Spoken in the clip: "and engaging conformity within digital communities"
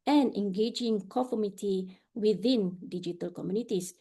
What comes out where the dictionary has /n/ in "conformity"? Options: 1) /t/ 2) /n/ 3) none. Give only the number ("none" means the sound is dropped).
3